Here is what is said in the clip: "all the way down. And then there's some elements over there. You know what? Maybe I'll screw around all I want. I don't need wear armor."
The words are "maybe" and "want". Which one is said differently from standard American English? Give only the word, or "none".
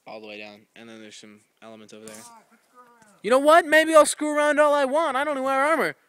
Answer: none